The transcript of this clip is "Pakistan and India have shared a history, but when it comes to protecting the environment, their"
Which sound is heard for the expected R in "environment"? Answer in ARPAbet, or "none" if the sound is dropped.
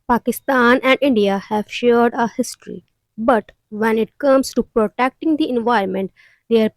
none